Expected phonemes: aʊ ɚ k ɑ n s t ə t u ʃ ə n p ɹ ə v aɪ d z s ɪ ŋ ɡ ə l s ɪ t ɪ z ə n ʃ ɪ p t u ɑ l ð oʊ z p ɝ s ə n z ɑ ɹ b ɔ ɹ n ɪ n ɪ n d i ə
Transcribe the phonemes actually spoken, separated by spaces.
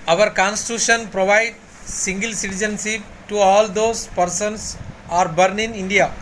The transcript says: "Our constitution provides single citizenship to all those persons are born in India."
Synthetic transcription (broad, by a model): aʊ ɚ k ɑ n s t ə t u ʃ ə n p ɹ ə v aɪ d s ɪ ŋ ɡ ə l s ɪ t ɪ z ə n s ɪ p t u ɑ l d oʊ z p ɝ s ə n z ɑ ɹ b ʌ ɹ n ɪ n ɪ n d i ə